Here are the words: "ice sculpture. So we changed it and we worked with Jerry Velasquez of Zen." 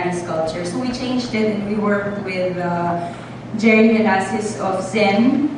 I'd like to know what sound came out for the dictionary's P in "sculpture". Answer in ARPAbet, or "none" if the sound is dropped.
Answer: none